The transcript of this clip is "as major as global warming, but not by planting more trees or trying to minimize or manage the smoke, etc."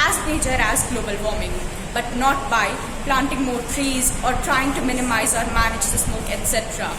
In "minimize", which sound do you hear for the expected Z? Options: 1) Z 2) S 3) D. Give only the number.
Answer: 1